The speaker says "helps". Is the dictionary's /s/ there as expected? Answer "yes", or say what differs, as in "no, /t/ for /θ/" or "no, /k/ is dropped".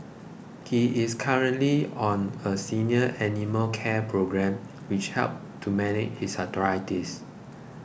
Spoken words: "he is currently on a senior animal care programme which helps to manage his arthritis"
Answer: no, /s/ is dropped